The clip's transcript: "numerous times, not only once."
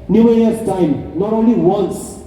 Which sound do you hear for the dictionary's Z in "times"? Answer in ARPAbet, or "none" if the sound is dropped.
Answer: none